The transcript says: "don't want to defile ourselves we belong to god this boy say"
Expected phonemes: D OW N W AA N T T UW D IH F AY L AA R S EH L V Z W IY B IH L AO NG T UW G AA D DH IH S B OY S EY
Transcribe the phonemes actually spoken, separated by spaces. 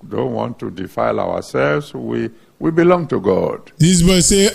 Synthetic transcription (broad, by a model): D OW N W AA N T T UW D IH F AY L AA W S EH L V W W IY B IH L AO NG T UW G AA D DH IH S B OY S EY